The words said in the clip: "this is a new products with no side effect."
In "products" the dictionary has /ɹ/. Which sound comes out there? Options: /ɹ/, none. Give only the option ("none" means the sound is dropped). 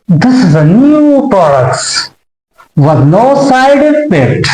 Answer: /ɹ/